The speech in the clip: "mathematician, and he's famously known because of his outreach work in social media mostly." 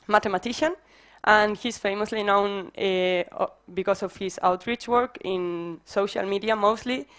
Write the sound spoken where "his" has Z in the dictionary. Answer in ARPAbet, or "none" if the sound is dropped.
S